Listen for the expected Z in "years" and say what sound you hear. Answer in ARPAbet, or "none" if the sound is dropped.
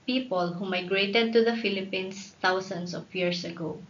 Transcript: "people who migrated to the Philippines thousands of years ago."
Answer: S